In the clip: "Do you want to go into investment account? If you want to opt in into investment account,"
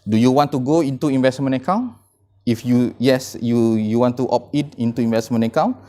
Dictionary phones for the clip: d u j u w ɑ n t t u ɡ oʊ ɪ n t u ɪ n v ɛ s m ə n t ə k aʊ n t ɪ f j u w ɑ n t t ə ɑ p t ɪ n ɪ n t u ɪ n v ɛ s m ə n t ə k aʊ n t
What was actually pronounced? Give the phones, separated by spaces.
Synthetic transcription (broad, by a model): d u j u w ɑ n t t u ɡ oʊ ɪ n t u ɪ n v ɛ s m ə n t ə k aʊ n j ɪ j j u w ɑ n t t ɑ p ɪ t ɪ n t u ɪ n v ɛ s m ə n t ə k aʊ n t